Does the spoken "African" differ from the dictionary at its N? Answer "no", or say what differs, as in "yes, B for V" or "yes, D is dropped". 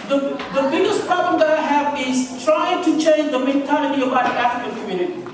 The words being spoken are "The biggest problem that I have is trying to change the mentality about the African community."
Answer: yes, L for N